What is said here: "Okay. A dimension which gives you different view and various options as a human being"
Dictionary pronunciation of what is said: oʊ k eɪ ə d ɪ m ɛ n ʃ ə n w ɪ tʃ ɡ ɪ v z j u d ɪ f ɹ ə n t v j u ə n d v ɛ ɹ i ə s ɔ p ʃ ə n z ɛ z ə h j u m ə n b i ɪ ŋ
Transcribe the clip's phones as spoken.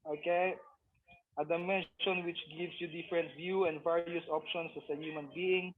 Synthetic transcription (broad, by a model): oʊ k eɪ ə d ɪ m ɛ n ʃ ə n w ɪ tʃ ɡ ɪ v s j u d ɪ f ɹ ə n t v j u ə n d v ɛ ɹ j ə s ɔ p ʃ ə n s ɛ s ə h j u m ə n b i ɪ ŋ